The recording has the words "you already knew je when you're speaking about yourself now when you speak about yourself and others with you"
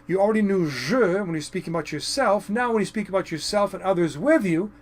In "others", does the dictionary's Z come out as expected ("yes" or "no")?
yes